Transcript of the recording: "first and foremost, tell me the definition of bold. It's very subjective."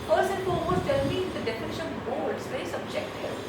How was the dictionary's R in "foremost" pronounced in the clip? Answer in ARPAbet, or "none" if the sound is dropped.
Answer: L